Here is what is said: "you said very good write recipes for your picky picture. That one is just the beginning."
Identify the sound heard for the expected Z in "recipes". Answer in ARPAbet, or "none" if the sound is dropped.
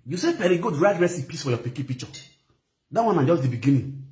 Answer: S